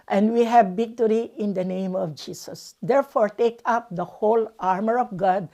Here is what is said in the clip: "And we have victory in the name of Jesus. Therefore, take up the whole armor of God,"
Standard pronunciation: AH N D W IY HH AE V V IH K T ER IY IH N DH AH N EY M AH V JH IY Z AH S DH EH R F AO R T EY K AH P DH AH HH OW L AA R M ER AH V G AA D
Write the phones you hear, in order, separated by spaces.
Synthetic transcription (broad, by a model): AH N D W IY HH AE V B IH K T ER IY IH N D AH N EY M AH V JH IY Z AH S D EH R F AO R T EY K AH P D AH HH OW L AA R M ER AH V G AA D